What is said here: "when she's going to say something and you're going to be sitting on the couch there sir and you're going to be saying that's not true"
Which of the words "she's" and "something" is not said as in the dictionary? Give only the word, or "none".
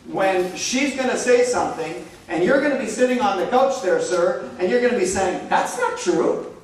none